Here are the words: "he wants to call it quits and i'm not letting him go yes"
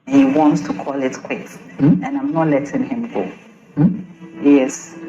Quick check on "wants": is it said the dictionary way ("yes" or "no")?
yes